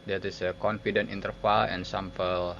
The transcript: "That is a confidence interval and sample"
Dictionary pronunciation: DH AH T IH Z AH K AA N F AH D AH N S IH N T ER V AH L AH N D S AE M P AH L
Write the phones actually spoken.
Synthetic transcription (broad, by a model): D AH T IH S AH K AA N F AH D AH N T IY N T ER F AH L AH N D S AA M P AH L